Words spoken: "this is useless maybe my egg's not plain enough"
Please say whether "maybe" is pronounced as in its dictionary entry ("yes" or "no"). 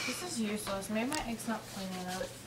no